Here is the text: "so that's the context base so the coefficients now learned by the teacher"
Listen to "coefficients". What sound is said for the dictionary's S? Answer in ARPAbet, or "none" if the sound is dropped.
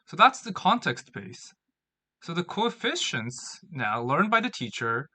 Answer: S